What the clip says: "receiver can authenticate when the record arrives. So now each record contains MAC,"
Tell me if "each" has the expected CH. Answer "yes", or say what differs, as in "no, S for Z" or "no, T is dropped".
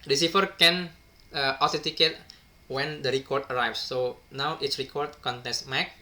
no, S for CH